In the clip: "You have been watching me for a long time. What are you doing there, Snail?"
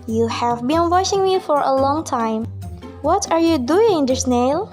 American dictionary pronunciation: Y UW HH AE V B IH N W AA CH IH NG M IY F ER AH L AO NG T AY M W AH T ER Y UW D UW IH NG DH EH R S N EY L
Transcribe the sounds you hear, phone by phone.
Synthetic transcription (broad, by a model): Y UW HH AE V B IH N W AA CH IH NG M IY F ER AH L AO NG T AY M W AH T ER Y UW D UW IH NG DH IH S N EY L